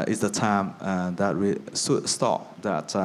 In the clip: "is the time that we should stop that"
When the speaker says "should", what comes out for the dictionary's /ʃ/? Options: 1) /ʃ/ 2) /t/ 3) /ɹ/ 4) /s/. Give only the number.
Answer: 4